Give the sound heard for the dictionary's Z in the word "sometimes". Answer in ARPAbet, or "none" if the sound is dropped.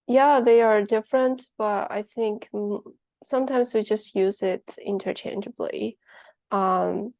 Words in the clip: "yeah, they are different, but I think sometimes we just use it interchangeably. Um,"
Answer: Z